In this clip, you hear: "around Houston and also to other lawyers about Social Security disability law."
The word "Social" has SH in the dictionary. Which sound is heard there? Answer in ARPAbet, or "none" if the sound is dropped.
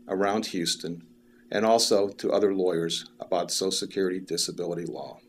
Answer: none